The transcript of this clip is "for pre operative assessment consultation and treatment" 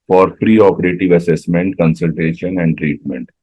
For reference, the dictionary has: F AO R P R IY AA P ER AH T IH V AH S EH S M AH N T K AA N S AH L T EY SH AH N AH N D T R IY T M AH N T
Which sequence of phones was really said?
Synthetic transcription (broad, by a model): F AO R P R IY AA P ER AH T IH V AH S EH S M AH N T K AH N S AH L T EY SH AH N AH N D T R IY T M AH N T